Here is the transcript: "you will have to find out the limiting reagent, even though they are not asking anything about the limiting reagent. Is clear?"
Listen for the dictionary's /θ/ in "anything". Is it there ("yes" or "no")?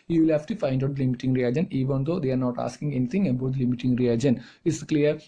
no